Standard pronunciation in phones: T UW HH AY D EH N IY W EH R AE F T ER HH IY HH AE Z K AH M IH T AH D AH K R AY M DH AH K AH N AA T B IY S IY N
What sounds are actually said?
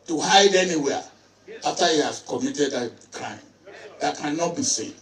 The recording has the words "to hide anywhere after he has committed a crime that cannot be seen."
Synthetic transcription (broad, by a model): T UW HH AY D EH N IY W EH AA F T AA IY HH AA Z K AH M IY T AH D AH K R AY M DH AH K AH N AA T B IY S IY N